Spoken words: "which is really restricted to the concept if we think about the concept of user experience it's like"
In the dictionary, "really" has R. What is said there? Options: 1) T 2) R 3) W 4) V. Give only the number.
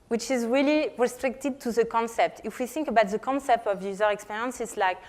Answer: 2